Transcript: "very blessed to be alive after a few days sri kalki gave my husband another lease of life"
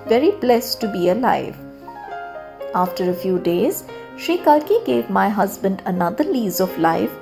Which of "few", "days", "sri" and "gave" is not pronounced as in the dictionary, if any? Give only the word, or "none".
sri